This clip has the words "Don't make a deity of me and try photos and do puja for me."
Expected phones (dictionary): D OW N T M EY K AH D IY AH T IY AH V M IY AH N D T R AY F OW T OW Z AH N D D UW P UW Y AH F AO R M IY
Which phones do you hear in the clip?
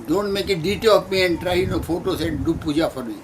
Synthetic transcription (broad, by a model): D OW N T M EY K AH D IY T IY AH P M IY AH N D T R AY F OW T OW S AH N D D UW P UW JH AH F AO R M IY